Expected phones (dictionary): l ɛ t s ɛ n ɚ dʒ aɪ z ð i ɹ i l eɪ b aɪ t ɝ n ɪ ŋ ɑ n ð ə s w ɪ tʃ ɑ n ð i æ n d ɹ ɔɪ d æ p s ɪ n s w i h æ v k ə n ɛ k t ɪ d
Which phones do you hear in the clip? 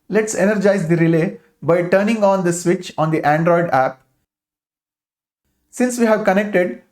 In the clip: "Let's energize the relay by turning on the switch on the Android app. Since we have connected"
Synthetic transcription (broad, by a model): l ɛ t s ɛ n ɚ dʒ aɪ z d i ɹ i l eɪ b aɪ t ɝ n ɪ ŋ ɑ n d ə s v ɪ tʃ ɑ n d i æ n d ɹ ɔɪ d æ p s ɪ n s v i h æ v k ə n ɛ k t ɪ d